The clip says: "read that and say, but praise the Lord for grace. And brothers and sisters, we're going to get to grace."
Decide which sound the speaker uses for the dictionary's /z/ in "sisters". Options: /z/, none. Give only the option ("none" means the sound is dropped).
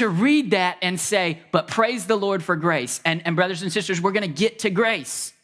/z/